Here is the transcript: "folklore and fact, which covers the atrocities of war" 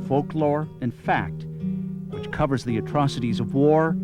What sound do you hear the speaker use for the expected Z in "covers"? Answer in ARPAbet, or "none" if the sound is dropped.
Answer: Z